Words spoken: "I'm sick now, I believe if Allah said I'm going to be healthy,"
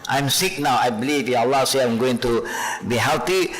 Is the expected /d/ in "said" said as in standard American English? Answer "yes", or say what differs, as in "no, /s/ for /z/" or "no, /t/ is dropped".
no, /d/ is dropped